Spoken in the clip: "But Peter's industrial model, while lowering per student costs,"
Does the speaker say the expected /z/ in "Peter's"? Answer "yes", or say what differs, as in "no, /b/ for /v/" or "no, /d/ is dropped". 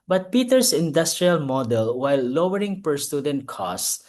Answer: no, /s/ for /z/